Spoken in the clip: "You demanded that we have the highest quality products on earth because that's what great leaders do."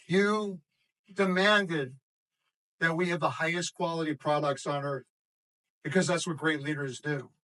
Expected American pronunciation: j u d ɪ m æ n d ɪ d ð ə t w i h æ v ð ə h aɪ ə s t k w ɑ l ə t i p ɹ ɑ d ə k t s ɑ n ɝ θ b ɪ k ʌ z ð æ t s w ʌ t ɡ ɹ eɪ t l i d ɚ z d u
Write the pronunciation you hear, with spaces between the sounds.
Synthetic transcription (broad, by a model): j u d ɪ m æ n d ɪ d ð ə t w i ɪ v ð ə h aɪ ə s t k w ɑ l ə t i p ɹ ɑ d ə k t s n ɝ θ b ɪ k ʌ z ð æ t s w ʌ t ɡ ɹ eɪ t l i d ɚ z d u